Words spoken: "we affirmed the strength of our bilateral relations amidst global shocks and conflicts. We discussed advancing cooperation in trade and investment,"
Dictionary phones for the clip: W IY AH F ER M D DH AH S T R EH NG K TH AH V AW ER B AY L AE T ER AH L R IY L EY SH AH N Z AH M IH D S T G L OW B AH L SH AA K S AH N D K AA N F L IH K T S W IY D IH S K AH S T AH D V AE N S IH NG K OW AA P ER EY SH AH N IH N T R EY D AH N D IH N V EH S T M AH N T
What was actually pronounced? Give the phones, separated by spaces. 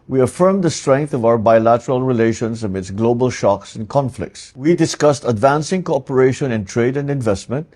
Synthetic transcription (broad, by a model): W IY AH F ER M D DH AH S T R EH NG K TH AH V AW ER B AY L AE T ER AH L R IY L EY SH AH N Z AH M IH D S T G L OW B AH L SH AA K S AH N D K AA N F L IH K T S W IY D IH S K AH S T AH D V AE N S IH NG K OW AA P ER EY SH AH N IH N T R EY D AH N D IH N V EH S T M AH N T